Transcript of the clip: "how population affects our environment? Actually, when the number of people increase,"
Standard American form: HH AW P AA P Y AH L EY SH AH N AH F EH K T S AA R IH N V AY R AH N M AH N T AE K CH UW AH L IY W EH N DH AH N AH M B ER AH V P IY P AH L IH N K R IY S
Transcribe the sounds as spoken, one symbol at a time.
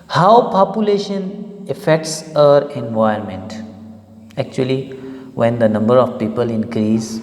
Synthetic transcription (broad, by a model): HH AW P AA P Y AH L EY SH AH N AH F EH K T S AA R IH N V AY AH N M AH N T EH K CH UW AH L IY W EH N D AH N AH M B ER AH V P IY P AH L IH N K R IY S